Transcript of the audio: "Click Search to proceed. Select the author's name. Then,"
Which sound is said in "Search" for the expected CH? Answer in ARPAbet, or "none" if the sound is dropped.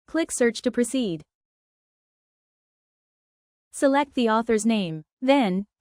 CH